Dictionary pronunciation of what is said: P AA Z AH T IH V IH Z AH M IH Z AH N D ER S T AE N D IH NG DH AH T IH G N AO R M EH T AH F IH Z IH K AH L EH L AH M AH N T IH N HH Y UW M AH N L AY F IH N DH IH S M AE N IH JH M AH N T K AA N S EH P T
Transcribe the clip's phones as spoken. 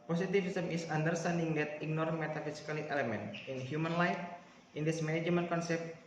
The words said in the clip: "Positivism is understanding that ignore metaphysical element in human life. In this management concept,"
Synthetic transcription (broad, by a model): P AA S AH T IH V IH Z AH M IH S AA N D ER S T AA N D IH NG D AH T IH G N AO R M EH T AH F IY S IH K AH L EH L AH M AH N T IH N HH Y UW M AH N L AY F IH N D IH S M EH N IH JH M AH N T K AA N S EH P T